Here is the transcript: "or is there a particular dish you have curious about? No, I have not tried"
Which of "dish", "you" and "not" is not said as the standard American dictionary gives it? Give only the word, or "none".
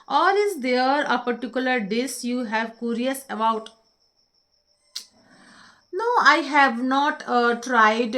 dish